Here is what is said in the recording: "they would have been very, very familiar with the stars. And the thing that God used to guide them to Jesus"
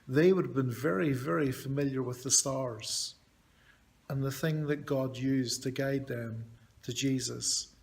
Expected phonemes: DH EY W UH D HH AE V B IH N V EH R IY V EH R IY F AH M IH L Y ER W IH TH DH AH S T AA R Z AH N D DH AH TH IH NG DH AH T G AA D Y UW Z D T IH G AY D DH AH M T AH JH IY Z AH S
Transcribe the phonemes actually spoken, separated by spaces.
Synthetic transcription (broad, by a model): DH EY W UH D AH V B IH N V EH R IY V EH R IY F AH M IH L Y ER W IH DH AH S T AA R Z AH N DH AH TH IH NG DH AH T G AA D Y UW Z T IH G AY D DH AH M T AH JH IY Z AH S